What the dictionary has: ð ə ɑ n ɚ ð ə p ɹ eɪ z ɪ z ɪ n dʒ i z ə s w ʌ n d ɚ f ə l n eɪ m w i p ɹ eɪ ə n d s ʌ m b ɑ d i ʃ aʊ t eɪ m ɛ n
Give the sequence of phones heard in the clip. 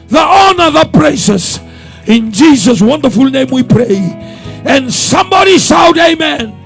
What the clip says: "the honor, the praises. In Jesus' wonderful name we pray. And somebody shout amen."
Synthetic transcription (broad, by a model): ð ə ɑ n ɚ ð ə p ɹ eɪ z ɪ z ɪ n dʒ i z ə s w ʌ n d ɚ f ə l n eɪ m w i p ɹ eɪ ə n s ʌ m b ɑ d i s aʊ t eɪ m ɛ n